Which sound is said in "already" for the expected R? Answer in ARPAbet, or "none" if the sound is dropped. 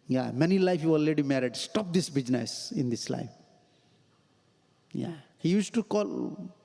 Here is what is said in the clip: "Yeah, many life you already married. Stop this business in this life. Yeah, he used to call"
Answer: none